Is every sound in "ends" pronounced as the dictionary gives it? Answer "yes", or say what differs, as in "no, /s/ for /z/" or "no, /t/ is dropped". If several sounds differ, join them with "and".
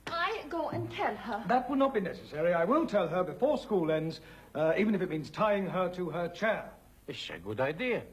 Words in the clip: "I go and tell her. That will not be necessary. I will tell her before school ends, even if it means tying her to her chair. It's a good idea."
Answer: yes